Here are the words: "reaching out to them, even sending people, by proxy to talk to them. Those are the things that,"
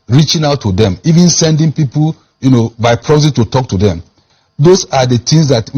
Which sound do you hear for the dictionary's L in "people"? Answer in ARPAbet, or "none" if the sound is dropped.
N